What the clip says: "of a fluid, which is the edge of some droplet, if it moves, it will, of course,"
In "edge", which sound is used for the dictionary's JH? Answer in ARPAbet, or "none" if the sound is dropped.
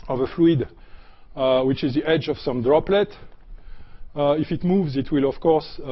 JH